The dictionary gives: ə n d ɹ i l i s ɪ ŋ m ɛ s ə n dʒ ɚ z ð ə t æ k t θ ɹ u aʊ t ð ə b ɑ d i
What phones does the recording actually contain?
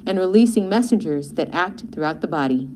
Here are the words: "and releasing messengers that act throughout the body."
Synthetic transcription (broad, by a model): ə n ɹ i l i s ɪ ŋ m ɛ s ə n dʒ ɚ z ð ə t æ k t θ ɹ u aʊ t ð ə b ɑ d i